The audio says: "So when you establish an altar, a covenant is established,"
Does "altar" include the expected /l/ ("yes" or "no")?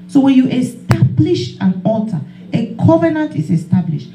no